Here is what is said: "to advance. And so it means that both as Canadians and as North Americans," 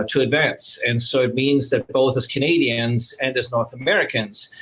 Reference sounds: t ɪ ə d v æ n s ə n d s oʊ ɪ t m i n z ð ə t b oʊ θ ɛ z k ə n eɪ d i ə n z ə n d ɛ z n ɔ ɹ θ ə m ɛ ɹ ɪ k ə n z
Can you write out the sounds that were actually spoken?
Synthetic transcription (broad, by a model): t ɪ ə d v æ n s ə n s oʊ ɪ t m i n z ð ə t b oʊ θ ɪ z k ə n eɪ d i ə n z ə n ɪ z n ɔ ɹ θ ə m ɛ ɹ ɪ k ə n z